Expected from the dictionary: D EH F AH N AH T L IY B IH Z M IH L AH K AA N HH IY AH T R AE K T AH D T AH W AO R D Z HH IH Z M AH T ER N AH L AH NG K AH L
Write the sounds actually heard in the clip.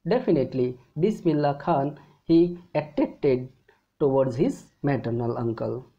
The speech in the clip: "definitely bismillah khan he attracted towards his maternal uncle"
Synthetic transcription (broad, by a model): D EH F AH N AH T L IY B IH S M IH L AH K AA N HH IY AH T EH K T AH D T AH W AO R D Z HH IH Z M AH T ER N AH L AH NG K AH L